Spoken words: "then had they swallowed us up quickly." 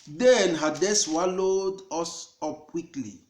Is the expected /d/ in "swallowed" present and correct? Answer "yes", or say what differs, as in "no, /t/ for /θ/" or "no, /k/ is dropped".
yes